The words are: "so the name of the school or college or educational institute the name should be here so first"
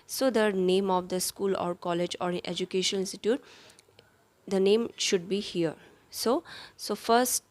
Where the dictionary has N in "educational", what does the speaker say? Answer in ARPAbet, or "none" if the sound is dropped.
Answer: none